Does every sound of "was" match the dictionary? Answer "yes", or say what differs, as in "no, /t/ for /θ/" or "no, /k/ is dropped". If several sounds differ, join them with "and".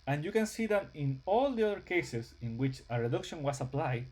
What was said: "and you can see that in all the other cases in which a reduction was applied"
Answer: no, /s/ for /z/